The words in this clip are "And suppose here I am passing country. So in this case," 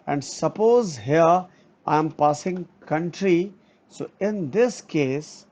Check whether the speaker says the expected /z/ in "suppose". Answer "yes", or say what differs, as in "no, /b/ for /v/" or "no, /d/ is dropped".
yes